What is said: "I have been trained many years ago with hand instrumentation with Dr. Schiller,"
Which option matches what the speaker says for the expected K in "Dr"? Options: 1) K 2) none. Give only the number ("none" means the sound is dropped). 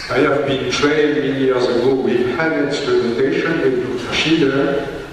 2